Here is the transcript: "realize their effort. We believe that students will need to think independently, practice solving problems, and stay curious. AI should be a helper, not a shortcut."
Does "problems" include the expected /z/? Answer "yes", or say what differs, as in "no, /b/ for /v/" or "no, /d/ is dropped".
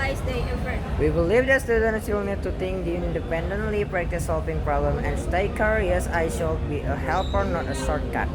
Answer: no, /z/ is dropped